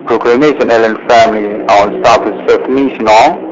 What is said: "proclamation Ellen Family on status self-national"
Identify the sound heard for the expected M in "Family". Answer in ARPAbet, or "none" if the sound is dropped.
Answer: M